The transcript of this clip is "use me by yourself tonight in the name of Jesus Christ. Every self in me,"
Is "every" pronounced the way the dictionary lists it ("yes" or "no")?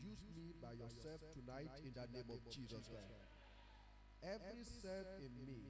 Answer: yes